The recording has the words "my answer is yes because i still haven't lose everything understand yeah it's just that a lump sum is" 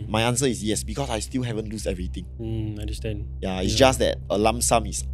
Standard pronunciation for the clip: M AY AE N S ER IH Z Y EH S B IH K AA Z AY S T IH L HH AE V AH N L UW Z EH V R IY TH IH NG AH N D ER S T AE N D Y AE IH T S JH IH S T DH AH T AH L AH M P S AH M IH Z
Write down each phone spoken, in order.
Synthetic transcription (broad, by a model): M AY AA N S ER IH S Y EH S B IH K AA S AY S T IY L HH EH V AH N L UW S EH V R IY T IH NG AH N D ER S T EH N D Y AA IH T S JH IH S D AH T AH L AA M S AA M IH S